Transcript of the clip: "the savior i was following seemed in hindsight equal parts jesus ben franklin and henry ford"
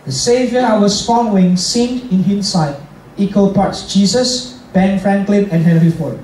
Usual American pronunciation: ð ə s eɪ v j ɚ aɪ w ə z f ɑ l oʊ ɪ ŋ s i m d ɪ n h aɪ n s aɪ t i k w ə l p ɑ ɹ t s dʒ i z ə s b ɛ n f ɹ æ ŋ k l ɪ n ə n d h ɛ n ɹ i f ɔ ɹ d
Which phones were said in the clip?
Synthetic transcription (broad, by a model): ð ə s eɪ v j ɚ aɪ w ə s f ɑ n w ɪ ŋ s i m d ɪ n h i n s aɪ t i k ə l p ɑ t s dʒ i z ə s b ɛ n f ɹ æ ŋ k l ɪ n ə n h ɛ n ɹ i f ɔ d